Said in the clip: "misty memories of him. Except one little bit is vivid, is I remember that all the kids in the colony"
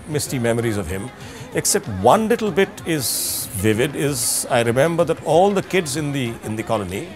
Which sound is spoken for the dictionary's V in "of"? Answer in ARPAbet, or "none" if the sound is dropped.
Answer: V